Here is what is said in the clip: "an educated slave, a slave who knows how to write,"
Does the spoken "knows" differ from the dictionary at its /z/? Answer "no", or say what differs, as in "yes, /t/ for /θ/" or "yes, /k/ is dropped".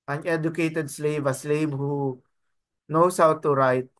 yes, /s/ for /z/